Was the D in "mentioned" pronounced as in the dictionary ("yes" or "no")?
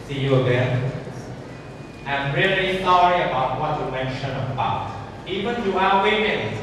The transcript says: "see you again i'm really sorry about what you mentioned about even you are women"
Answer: no